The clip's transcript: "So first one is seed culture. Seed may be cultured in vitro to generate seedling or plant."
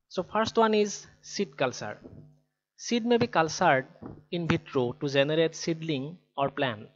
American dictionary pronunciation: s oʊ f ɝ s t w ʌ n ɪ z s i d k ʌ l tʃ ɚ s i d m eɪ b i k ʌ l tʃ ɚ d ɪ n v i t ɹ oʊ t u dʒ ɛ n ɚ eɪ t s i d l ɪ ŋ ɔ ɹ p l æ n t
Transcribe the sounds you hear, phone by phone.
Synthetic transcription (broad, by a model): s oʊ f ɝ s t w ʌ n ɪ z s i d k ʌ l s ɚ s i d m eɪ b i k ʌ l s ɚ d ɪ n b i t ɹ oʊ t u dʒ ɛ n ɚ eɪ t s i d l ɪ ŋ ɔ ɹ p l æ n